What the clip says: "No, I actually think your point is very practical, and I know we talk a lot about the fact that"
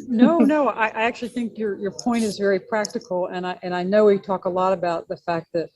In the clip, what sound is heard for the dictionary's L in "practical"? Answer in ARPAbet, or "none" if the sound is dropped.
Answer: N